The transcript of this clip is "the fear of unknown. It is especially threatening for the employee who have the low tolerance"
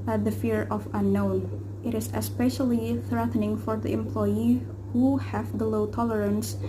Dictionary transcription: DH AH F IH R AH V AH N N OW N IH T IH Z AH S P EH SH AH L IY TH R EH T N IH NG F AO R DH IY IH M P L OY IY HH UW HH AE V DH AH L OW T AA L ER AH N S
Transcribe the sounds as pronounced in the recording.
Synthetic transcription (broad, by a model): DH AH F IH R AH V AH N N OW N IH T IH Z AH S P EH SH AH L IY TH R EH T N IH NG F AO R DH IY IH M P L OY IY HH UW HH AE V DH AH L OW T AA L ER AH N S